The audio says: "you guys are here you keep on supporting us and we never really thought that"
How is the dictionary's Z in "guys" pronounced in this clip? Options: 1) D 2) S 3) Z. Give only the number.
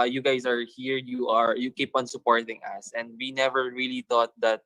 2